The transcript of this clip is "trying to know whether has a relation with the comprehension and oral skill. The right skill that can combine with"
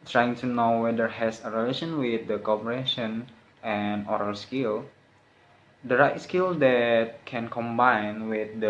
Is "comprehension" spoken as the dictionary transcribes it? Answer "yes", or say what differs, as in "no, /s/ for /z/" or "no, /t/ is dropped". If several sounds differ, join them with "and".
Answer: no, /m/ is dropped and /ɹ/ is dropped and /n/ is dropped